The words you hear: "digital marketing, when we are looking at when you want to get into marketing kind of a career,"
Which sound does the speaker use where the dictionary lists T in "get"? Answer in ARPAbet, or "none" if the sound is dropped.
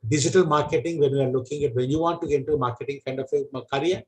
none